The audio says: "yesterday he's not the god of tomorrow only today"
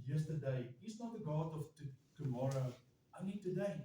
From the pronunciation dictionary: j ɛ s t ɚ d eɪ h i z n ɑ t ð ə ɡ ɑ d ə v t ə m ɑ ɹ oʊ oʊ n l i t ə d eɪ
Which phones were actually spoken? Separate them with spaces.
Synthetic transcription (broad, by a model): j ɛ s t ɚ d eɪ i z n ɑ t ð ə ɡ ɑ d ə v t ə m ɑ ɹ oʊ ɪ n i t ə d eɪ